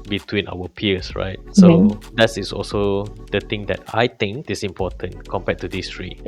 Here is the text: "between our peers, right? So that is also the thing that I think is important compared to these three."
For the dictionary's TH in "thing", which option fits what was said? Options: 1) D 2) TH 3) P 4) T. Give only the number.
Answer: 4